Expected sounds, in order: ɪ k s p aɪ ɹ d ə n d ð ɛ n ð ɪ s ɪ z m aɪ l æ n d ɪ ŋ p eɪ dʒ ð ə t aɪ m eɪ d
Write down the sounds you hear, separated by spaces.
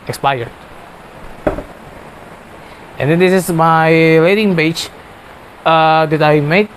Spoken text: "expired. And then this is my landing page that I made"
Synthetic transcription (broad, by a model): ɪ k s p aɪ ɹ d ə n d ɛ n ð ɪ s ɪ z m aɪ l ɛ d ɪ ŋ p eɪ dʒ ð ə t aɪ m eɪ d